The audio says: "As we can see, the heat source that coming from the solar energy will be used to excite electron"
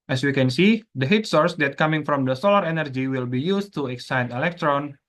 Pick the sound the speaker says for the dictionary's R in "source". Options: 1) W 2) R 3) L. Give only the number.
2